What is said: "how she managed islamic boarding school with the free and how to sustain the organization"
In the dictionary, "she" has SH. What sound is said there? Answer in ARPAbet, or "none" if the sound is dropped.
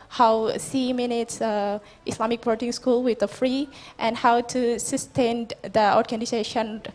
S